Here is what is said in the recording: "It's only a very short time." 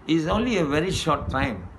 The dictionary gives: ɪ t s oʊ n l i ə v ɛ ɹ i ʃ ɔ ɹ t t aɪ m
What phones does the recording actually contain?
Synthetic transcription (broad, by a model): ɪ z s oʊ n l i ə v ɛ ɹ i ʃ ɔ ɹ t t aɪ m